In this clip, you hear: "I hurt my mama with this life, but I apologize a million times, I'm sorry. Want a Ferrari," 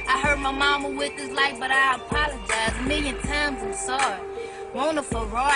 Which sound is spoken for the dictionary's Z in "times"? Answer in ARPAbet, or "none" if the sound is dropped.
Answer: Z